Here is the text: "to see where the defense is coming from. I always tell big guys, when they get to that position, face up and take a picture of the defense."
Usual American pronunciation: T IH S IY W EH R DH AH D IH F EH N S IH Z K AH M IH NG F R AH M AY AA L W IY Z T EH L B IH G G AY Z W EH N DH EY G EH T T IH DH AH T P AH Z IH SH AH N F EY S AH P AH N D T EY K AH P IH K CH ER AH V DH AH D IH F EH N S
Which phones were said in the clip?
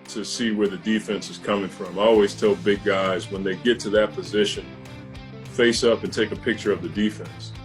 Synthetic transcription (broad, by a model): T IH S IY W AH R DH AH D IH F EH N S IH Z K AH M IH NG F R AH M AA L W IY Z T EH L B IH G G AY Z W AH N DH EY G EH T T IH DH AH T P AH Z IH SH AH N F EY S AH P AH N T EY K AH P IH K CH ER AH V DH AH D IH F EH N S